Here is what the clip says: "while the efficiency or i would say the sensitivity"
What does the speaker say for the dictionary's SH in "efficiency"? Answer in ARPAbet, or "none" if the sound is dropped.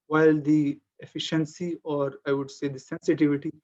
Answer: SH